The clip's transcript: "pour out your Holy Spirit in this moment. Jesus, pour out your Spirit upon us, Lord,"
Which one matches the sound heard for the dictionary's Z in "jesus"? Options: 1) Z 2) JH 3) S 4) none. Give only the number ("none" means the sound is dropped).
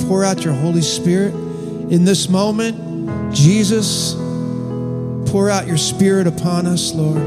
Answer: 1